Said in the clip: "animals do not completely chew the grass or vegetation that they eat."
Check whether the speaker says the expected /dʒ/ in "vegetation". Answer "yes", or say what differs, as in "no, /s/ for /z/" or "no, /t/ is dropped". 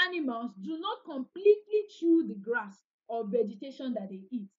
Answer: yes